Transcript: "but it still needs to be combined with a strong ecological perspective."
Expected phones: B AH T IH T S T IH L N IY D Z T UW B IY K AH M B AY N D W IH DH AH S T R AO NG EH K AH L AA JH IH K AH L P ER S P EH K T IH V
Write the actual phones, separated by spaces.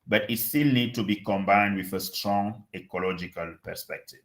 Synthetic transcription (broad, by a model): B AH T IH T S T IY L N IY D T UW B IY K AH M B AY N D W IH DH AH S T R AO NG EH K AH L AA JH IH K AH L P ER S P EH K T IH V